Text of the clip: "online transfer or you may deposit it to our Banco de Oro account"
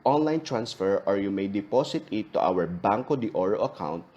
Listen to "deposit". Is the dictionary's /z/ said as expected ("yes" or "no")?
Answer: no